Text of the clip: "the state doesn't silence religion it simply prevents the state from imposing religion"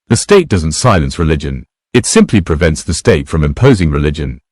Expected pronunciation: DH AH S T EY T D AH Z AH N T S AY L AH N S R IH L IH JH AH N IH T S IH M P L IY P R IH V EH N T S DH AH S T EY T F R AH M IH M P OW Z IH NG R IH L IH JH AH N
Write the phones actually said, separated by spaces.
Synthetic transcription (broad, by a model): DH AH S T EY T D AH Z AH N T S AY L AH N S R IH L IH JH AH N IH T S IH M P L IY P R IH V EH N T S DH AH S T EY T F R AH M IH M P OW Z IH NG R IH L IH JH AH N